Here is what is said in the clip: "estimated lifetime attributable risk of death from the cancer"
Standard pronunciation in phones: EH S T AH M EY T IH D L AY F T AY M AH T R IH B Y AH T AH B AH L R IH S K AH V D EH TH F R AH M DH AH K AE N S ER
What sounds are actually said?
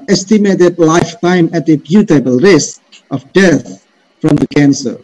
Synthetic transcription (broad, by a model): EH S T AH M EY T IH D L AY F T AY M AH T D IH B Y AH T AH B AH L R IH S K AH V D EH T F R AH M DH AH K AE N S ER